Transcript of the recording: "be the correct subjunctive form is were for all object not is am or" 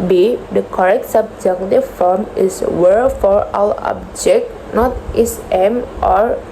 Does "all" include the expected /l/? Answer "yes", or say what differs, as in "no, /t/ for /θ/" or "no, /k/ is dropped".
no, /w/ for /l/